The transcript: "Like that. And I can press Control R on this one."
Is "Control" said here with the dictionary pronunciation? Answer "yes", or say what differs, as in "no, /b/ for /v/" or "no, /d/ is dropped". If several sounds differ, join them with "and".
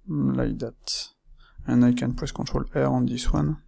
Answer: no, /n/ is dropped